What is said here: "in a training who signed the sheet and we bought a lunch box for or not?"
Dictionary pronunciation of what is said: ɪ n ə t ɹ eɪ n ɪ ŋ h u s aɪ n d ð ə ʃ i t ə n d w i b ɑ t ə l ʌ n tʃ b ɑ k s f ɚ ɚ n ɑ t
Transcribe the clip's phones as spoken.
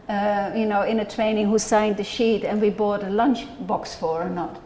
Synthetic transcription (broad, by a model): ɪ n ə t ɹ eɪ n ɪ ŋ h u s aɪ n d ð ə ʃ i t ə n w i b ɑ t ə l ʌ n tʃ b ɑ k s f ɚ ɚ n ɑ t